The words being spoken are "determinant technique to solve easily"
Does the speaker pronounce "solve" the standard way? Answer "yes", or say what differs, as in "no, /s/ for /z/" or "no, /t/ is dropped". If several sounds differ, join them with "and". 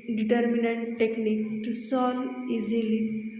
no, /v/ is dropped